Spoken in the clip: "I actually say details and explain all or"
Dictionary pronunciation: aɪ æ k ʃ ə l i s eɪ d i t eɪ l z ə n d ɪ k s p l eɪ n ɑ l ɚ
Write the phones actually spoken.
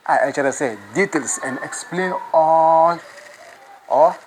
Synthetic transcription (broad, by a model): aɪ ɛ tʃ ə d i s eɪ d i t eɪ l s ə n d ɪ k s p l eɪ n ɑ l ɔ